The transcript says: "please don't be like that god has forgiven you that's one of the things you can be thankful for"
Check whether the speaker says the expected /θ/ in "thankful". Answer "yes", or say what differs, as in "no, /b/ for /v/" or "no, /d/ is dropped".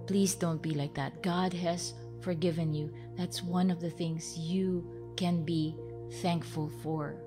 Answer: yes